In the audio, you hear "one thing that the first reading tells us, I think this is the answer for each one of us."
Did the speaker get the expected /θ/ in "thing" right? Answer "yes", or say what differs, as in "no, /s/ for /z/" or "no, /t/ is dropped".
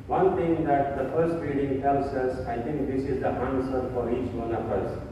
no, /t/ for /θ/